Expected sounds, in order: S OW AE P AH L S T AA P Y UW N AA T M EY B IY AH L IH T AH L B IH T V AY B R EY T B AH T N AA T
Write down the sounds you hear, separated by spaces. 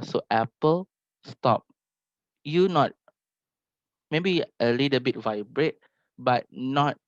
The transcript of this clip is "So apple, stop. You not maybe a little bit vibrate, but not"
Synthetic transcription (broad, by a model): S OW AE P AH L S T AA P Y UW N AA T M EY B IY AH L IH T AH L B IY T V AY B R EY T B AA T N AA T